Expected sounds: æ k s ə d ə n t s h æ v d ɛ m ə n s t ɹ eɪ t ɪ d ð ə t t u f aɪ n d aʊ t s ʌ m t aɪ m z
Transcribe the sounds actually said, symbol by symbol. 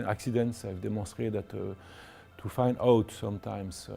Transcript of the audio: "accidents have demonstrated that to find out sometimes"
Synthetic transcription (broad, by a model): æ k s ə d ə n t s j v d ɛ m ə s t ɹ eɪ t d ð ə t t u f aɪ n d aʊ t s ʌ m t aɪ m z